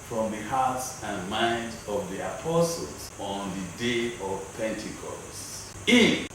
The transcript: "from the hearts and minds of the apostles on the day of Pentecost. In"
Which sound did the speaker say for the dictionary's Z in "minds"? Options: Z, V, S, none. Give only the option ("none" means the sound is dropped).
none